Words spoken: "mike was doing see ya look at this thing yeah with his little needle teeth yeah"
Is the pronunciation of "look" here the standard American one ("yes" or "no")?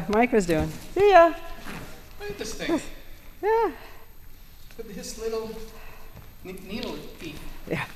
no